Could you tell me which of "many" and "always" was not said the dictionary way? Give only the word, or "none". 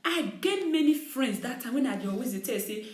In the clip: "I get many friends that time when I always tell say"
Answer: always